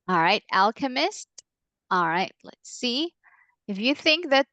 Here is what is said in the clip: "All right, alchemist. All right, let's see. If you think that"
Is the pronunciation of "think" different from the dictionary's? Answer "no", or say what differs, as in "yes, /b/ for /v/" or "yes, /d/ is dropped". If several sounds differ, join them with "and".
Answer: no